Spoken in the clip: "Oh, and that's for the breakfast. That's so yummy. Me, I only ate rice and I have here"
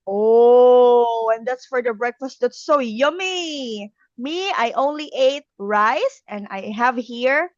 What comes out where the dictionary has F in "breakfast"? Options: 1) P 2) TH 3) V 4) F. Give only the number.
4